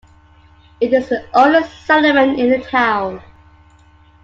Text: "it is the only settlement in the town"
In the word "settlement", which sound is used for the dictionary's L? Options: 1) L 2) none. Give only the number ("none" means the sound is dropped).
2